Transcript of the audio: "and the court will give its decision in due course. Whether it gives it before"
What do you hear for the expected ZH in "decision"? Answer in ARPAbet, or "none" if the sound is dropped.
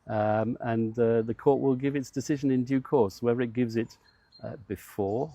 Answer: ZH